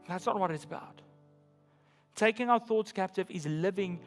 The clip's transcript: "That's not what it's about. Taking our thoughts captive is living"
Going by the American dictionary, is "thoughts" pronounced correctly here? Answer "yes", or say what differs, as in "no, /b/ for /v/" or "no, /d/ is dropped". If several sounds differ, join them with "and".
yes